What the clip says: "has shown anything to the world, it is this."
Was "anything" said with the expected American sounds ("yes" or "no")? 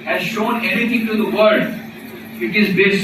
no